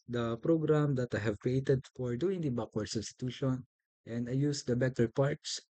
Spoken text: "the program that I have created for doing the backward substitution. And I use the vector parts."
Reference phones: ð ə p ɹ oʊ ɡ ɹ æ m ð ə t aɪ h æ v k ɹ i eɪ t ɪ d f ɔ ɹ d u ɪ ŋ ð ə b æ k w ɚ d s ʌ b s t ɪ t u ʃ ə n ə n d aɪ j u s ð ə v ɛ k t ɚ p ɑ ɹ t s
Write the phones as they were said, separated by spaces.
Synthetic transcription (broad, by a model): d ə p ɹ oʊ ɡ ɹ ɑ m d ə t aɪ h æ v k ɹ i eɪ t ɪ d f ɔ ɹ d u ɪ ŋ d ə b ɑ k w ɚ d s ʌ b s t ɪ t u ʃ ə n ə n d aɪ j u s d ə b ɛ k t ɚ p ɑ ɹ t s